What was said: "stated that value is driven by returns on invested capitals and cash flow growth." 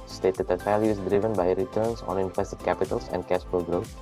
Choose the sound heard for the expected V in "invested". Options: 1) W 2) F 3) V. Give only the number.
2